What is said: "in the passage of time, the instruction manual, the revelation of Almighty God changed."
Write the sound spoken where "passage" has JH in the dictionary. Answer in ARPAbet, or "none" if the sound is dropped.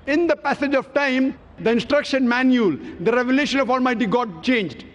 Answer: JH